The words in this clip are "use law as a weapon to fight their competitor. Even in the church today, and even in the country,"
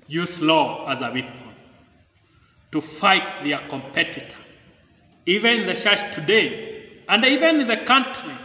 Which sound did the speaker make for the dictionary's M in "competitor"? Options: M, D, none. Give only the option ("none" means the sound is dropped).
M